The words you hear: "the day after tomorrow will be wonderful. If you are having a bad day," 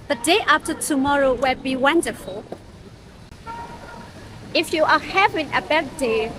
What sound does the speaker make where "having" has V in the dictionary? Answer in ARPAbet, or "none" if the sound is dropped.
V